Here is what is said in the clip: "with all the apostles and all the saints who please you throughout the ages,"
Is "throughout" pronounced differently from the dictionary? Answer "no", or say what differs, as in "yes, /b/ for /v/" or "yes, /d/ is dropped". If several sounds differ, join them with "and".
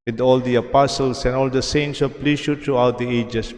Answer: yes, /t/ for /θ/